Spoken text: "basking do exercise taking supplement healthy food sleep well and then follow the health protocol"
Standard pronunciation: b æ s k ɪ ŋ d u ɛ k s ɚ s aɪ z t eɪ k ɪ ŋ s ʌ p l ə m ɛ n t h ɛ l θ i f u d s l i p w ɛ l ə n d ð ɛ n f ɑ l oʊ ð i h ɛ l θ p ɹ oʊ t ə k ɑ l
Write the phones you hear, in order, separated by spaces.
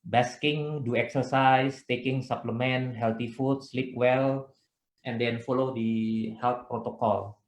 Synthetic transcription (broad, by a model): b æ s k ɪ ŋ d u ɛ k s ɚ s aɪ s t eɪ k ɪ ŋ s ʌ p l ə m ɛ n h ɛ l t i f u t s l i p w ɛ l ə n d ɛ n f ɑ l oʊ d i h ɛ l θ p ɹ oʊ t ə k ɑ l